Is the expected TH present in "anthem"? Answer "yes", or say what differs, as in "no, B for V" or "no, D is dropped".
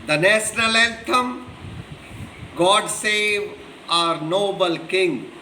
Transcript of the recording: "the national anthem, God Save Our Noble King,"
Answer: no, T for TH